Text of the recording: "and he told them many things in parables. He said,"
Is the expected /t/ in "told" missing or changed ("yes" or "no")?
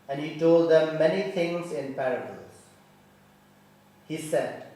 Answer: no